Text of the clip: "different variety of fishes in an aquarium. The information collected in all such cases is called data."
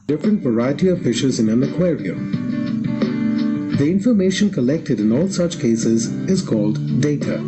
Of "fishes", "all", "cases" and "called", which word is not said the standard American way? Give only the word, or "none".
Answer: none